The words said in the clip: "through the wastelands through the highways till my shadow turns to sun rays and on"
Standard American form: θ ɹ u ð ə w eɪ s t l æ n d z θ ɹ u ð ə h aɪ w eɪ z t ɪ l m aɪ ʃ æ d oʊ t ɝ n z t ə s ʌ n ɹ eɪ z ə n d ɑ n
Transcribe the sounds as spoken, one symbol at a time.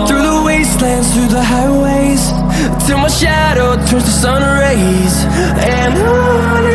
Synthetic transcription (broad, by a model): θ ɹ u ð ə w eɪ s t l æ n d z θ ɹ u ð ə h aɪ w eɪ z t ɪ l m aɪ ʃ æ d oʊ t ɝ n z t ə s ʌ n ɹ eɪ z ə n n